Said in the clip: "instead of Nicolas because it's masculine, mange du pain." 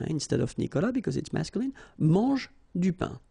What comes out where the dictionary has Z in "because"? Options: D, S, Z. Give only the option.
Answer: Z